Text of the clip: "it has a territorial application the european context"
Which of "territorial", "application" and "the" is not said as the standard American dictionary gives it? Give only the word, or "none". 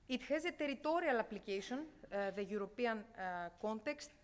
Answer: application